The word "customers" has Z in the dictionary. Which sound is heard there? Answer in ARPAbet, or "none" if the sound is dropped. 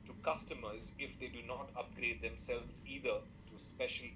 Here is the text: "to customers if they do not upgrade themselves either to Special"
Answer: Z